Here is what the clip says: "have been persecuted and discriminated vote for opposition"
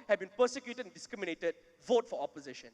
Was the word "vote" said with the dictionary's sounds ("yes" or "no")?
yes